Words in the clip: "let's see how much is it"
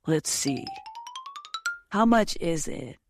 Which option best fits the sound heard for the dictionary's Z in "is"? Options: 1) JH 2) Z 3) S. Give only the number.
2